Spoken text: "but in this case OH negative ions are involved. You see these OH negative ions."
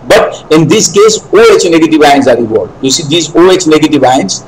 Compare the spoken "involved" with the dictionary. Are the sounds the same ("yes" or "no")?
no